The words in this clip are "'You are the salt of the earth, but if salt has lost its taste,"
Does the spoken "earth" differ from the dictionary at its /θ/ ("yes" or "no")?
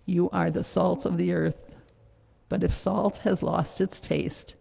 no